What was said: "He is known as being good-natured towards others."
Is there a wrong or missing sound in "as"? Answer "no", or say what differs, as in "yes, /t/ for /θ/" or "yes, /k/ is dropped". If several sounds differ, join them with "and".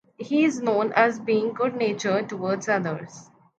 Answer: no